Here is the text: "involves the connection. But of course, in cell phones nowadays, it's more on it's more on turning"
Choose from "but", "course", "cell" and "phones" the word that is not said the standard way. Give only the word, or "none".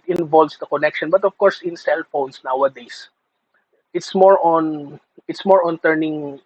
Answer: phones